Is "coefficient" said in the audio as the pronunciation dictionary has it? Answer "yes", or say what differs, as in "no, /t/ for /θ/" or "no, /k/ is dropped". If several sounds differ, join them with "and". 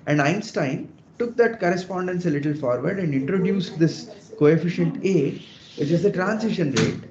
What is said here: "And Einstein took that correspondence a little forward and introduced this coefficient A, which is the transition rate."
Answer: yes